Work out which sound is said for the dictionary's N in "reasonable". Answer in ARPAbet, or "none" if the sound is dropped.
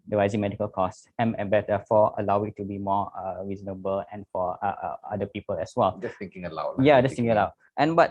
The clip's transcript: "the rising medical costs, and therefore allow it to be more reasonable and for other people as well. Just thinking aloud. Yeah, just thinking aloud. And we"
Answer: N